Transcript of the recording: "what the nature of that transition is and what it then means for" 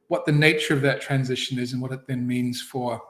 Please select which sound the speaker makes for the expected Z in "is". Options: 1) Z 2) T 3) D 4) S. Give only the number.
1